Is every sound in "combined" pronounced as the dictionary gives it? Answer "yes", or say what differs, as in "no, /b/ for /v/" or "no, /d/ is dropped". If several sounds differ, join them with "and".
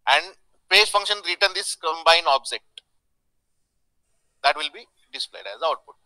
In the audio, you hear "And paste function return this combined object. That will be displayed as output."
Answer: no, /d/ is dropped